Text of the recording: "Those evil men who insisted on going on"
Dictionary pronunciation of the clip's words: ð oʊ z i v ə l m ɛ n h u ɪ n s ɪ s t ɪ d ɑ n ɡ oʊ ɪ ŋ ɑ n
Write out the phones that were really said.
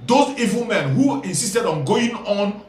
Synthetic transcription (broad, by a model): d oʊ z i v ə l m ɛ n h u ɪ n s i s t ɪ d ɑ n ɡ oʊ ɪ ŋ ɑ n